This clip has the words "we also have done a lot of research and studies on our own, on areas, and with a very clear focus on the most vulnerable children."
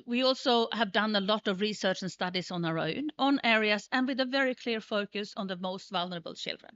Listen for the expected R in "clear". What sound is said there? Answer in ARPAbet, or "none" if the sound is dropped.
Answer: R